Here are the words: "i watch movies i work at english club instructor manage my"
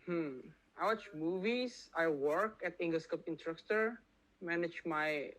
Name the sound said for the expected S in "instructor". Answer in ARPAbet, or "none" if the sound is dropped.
none